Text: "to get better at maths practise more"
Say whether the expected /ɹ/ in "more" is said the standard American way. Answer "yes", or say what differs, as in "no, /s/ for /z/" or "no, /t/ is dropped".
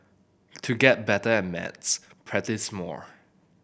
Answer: yes